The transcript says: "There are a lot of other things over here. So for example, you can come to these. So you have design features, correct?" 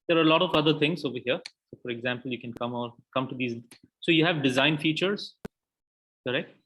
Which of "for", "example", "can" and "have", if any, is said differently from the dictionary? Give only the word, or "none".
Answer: none